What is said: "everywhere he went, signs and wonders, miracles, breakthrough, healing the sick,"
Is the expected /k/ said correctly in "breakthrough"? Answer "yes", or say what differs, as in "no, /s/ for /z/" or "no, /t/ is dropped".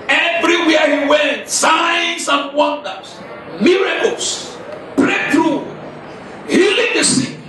no, /k/ is dropped